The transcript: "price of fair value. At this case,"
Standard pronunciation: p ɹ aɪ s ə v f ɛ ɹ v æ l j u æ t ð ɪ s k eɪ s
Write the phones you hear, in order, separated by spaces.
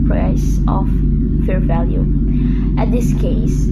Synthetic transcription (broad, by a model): p ɹ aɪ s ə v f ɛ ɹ v æ l j u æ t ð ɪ s k eɪ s